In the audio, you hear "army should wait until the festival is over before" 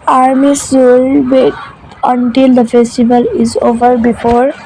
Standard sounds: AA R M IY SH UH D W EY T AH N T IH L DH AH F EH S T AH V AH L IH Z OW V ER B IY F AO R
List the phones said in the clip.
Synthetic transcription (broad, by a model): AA R M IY S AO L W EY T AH N T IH L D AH F EH S T AH V AH L IH Z OW V ER B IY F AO R